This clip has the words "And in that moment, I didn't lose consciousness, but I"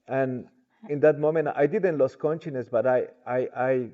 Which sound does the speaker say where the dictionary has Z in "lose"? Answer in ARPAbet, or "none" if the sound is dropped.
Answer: S